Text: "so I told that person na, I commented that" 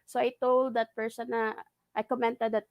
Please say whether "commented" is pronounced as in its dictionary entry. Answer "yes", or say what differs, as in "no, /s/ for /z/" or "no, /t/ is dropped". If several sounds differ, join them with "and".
yes